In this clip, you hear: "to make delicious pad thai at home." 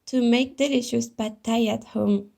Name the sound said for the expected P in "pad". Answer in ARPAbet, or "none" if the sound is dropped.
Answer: B